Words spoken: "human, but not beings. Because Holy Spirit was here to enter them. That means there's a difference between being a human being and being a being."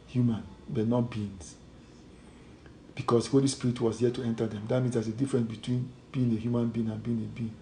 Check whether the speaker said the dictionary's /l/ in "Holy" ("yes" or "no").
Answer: yes